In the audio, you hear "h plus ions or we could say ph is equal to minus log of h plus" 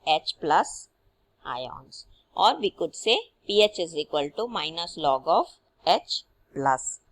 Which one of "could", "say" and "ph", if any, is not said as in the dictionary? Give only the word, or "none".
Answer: none